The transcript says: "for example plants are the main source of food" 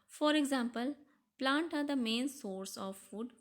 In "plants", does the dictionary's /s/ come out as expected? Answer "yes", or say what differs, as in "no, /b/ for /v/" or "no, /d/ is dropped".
no, /s/ is dropped